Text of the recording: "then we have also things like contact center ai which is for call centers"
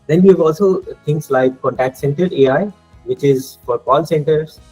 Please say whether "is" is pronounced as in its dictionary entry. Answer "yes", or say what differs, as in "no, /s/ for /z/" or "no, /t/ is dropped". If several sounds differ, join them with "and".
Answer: yes